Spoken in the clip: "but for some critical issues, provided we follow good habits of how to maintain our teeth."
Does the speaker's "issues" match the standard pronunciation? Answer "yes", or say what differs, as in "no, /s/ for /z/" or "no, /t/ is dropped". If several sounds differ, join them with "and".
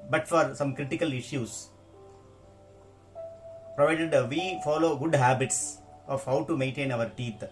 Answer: no, /s/ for /z/